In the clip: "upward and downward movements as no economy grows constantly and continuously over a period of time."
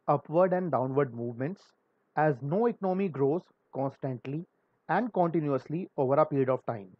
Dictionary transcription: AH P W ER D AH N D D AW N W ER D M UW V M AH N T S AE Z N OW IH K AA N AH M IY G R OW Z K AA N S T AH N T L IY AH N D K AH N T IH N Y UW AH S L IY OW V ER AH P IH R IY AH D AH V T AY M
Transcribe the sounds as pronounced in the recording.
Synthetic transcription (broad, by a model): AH P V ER D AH N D D AW N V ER D M UW V M AH N T S AE Z N OW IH K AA N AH M IY G R OW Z K AA N S T AH N T L IY AH N D K AH N T IH N Y UW AH S L IY OW V ER AH P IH R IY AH D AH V T AY M